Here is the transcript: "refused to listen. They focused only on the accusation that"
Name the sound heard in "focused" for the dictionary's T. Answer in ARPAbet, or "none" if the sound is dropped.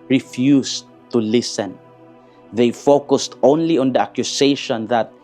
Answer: T